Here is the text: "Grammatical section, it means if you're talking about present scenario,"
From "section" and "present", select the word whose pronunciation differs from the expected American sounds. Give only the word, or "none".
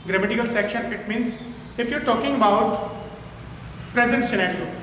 none